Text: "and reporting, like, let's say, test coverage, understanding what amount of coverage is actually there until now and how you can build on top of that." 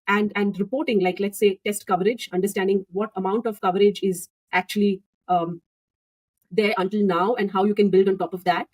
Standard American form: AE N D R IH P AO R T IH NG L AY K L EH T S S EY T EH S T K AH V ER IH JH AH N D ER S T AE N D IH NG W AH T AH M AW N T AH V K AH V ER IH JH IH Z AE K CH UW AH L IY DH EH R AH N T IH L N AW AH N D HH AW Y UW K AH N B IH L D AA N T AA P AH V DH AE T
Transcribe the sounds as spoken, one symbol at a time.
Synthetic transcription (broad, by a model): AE N D R IH P AO R T IH NG L AY K L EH T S S EY T EH S T K AH V ER IH JH AH N D ER S T AE N D IH NG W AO T AH M AW N T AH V K AH V ER IH JH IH Z AE K CH UW AH L IY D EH R AH N T IH L N AW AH N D HH AW Y UW K AH N B IH L D AA N T AA P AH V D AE T